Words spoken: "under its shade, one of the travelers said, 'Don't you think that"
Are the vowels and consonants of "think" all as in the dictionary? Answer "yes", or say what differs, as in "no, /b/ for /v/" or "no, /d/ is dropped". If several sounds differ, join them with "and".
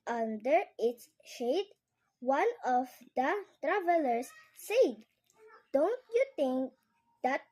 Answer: no, /t/ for /θ/